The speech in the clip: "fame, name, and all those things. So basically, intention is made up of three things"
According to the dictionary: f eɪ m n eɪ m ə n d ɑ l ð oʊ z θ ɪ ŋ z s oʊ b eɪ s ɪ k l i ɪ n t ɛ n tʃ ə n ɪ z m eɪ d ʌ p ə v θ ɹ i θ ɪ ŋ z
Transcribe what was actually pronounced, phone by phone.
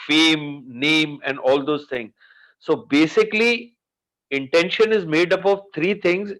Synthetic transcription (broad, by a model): f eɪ m n eɪ m ə n d ɑ l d oʊ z t ɪ ŋ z s oʊ b eɪ s ɪ k l i ɪ n t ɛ n ʃ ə n ɪ z m eɪ d ʌ p ə v t ɹ i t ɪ ŋ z